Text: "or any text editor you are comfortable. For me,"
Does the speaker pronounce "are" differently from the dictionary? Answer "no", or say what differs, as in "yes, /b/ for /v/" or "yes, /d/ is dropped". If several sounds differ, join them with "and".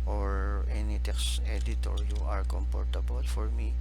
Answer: no